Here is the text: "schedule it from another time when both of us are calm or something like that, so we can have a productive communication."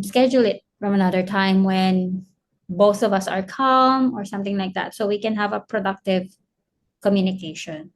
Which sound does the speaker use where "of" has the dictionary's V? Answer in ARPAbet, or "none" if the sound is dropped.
V